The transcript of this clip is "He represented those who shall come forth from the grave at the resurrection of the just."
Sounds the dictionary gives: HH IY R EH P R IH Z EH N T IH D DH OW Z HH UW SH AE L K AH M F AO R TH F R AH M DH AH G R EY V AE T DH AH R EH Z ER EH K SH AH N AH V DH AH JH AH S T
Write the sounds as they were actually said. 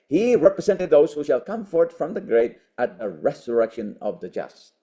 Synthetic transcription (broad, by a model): HH IY R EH P R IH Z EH N T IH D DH OW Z HH UW SH AE L K AH M F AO R T F R AH M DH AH G R EY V AE T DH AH R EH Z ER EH K SH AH N AH V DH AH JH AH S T